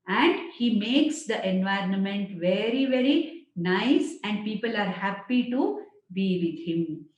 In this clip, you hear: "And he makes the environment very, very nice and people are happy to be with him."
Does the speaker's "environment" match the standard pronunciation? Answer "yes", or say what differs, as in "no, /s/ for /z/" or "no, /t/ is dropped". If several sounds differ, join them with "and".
yes